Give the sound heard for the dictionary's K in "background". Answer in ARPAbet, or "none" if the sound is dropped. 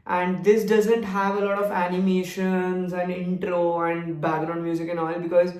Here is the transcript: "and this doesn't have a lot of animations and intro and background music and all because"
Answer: none